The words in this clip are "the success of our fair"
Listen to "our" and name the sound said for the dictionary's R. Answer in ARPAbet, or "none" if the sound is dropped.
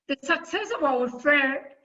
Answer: W